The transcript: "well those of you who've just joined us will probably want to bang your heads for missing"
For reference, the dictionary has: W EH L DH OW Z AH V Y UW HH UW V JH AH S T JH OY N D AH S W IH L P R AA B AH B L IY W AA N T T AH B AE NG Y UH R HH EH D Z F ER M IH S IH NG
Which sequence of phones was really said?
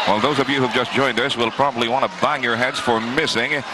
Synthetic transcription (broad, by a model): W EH L DH OW Z AH V Y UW HH UW V JH AH S JH OY N D AH S W IH L P R AA B AH B L IY W AA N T T AH B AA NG Y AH R HH EH D Z F ER M IH S IH NG